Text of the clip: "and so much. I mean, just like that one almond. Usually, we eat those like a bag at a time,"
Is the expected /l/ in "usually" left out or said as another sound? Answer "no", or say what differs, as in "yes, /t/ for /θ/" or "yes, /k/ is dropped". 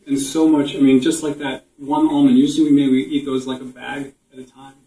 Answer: yes, /w/ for /l/